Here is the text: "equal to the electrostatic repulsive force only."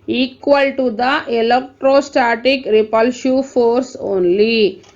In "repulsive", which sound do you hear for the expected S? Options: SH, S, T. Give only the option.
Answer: SH